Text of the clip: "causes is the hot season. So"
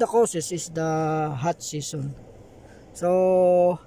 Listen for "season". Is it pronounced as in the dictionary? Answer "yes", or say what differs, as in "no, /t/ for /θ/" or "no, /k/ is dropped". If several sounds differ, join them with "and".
no, /s/ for /z/